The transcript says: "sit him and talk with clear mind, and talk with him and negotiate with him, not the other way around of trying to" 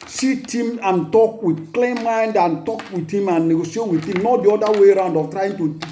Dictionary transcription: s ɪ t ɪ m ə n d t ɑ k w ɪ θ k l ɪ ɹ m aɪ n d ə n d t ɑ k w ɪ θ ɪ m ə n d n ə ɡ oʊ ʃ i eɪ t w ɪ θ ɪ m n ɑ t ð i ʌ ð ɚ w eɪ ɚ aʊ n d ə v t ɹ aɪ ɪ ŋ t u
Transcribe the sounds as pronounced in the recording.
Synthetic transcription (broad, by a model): s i t ɪ m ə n t ɑ k w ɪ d k l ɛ m aɪ n d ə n t ɑ k w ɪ ɪ m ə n n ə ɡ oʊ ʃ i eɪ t w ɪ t ɪ m n ɑ t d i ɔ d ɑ w eɪ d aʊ n d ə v t ɹ aɪ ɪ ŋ t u